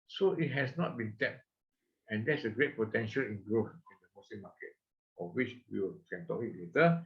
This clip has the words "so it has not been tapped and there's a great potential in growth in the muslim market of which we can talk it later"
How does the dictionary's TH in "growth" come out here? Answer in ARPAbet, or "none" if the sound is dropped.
F